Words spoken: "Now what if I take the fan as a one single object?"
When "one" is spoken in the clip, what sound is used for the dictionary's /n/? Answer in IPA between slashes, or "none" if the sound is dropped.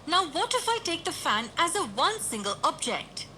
/n/